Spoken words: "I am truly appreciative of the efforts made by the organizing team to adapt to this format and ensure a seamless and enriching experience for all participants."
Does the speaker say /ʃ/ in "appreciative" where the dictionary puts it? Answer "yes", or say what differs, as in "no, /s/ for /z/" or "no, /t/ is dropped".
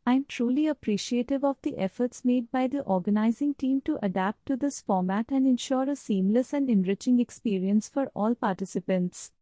yes